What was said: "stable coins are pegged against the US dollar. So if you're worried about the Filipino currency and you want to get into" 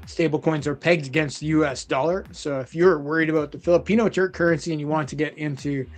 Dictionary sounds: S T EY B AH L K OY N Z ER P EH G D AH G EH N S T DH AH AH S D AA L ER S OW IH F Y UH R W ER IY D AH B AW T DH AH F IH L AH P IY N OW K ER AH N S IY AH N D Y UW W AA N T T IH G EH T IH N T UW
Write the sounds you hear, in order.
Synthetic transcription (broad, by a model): S T EY B L K OY N Z ER P EH G D AH G EH N S T DH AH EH S D AA L ER S OW IH F Y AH R W ER IY D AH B AW T DH AH F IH L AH P IY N OW K ER AH N S IY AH N Y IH W AA N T T IH G EH T IH N T UW